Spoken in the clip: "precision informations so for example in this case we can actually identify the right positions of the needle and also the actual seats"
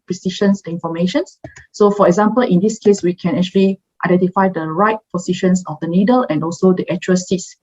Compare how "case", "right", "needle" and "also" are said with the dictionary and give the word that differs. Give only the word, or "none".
none